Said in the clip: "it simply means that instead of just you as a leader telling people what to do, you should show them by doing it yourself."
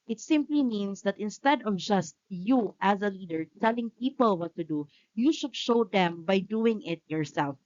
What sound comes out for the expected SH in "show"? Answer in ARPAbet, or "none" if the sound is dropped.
SH